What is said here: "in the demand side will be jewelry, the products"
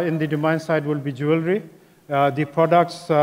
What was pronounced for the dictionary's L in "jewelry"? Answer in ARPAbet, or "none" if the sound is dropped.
L